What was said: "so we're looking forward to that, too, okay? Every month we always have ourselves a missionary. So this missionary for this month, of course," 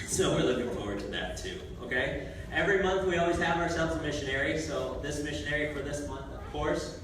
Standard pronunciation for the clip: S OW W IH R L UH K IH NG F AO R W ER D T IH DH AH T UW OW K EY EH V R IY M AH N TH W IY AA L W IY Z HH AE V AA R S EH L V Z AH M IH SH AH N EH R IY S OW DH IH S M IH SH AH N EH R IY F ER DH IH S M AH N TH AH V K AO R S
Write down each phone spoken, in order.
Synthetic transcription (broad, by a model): S OW W IH R L UH K IH NG F AO R W ER D T IH DH AH T UW OW K EY EH V R IY M AH N TH W IY AA L W IY Z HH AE V AA R S EH L V Z AH M IH SH AH N EH R IY S OW DH IH S M IH SH AH N EH R IY F ER DH IH S M AH N TH AH V K AO R S